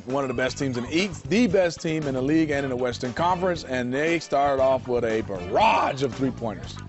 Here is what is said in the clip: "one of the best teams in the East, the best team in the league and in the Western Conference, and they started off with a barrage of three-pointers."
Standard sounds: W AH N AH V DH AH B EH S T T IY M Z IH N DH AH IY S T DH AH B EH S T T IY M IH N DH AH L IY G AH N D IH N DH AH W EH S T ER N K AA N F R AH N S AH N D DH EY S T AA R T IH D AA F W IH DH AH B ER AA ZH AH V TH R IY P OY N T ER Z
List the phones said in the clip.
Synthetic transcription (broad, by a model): W AH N AH V DH AH B EH S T T IY M Z IH N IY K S DH AH B EH S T T IY M IH N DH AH L IY G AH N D IH N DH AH W EH S T ER N K AA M F R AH N S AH N DH EY S T AA R T IH D AA F W IH DH AH B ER AA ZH AH V TH R IY P OY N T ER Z